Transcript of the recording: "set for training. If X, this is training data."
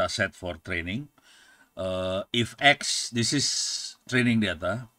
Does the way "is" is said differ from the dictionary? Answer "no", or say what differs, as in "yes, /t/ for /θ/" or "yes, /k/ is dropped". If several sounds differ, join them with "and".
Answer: yes, /s/ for /z/